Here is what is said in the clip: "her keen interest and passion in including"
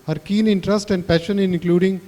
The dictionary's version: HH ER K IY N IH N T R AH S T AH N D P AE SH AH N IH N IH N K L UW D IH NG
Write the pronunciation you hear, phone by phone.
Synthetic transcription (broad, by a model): HH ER K IY N IH N T R AH S T AH N D P AE SH AH N IH N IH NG K L UW D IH NG